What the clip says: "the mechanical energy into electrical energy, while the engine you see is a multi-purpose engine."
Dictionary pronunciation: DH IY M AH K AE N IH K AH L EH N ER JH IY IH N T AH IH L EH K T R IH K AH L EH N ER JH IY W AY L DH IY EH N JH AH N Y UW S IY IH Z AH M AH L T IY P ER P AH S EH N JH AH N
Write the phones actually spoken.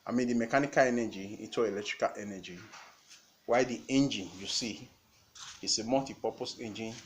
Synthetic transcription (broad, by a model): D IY M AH K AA N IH K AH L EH N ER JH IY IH T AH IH L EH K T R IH K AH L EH N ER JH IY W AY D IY EH N JH AH N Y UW S IY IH S AH M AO T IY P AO P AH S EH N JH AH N